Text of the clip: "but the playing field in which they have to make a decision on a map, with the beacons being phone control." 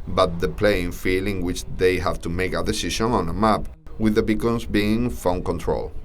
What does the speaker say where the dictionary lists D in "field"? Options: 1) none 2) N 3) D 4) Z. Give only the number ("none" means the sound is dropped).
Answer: 1